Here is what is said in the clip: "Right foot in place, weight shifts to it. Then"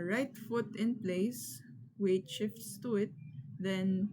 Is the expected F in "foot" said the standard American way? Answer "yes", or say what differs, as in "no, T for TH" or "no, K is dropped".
yes